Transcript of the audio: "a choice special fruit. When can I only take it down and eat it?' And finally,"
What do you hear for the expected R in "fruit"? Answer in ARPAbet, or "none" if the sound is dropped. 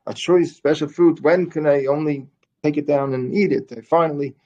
none